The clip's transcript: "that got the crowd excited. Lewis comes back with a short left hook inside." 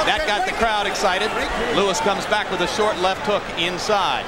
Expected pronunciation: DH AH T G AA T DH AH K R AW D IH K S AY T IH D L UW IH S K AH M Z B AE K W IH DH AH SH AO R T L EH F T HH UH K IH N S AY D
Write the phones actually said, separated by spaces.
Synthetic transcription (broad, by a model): DH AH T G AA T DH AH K R AW D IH K S AY T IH D L UW IH S K AH M Z B AE K W IH DH AH SH AO R T L EH F T HH UH K IH N S AY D